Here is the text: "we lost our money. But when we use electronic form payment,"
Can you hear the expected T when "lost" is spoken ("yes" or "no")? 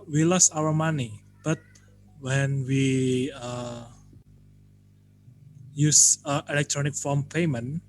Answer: no